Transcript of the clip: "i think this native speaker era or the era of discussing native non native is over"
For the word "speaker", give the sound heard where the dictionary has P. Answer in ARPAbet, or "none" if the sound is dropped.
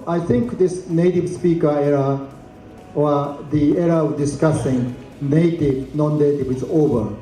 P